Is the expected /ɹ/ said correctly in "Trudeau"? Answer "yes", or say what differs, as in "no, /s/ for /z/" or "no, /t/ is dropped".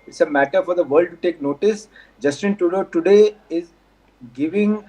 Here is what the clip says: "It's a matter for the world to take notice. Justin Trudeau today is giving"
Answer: no, /ɹ/ is dropped